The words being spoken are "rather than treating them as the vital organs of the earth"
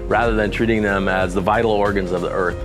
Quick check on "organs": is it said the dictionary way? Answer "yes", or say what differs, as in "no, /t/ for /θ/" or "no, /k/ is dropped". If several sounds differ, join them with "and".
yes